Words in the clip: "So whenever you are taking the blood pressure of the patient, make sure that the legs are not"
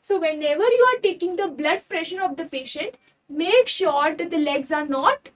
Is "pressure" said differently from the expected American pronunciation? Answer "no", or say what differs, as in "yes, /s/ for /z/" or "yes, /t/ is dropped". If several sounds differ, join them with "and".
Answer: no